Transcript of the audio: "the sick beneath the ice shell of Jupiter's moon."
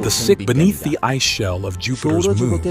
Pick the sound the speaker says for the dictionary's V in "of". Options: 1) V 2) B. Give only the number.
1